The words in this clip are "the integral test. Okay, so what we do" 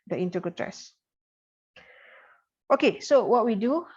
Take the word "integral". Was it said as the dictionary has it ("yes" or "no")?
no